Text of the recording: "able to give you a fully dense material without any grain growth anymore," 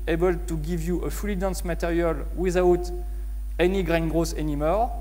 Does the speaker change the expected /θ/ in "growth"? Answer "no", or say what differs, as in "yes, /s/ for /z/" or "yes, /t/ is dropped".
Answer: yes, /s/ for /θ/